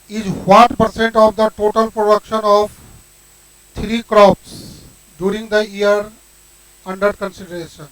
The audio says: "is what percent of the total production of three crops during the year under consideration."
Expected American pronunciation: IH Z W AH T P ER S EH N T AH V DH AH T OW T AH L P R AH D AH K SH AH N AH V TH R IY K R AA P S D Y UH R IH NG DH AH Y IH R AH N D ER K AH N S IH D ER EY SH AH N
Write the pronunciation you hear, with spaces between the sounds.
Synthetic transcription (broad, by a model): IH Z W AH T P ER S EH N T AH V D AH T OW T AH L P R AH D AH K SH AH N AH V T R IY K R AA P S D Y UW R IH NG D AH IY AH R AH N D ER K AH N S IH D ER EY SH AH N